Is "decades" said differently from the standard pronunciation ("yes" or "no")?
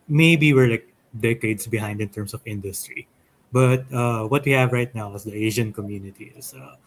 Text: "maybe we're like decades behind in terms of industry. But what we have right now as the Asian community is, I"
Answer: yes